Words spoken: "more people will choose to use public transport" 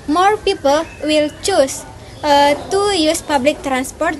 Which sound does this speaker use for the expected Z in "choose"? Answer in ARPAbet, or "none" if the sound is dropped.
S